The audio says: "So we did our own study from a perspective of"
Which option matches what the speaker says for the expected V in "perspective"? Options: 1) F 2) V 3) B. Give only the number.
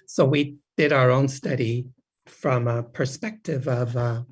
2